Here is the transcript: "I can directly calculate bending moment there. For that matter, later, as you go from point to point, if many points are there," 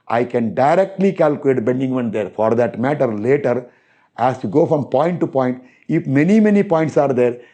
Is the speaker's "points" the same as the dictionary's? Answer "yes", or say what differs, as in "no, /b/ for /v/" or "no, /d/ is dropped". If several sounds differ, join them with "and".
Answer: yes